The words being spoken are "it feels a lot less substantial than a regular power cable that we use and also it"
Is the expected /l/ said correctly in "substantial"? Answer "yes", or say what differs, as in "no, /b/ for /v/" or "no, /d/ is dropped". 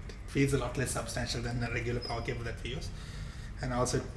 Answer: yes